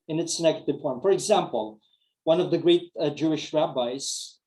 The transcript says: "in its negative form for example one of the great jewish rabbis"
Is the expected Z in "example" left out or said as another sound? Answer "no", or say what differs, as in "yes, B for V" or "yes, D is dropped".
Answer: no